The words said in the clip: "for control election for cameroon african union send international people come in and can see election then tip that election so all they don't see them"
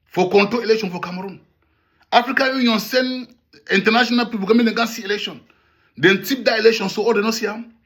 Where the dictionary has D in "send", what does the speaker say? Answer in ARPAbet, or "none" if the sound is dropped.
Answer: none